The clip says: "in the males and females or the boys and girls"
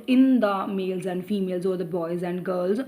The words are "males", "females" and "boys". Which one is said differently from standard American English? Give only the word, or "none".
none